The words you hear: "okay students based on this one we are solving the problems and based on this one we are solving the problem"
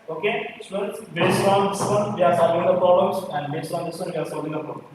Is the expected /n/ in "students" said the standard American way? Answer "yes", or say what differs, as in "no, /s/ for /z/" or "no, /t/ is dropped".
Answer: no, /n/ is dropped